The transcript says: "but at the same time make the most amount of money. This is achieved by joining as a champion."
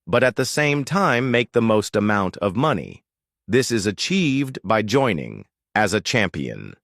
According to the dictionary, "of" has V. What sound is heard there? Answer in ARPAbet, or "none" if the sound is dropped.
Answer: V